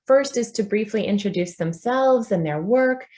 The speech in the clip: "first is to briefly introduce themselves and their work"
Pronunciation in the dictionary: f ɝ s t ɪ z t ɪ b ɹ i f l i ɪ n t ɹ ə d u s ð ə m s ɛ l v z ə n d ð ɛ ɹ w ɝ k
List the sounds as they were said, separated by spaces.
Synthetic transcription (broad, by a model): f ɝ s t ɪ z t ɪ b ɹ i f l i ɪ n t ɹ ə d u s ð ə m s ɛ l v z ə n ð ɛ ɹ w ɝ k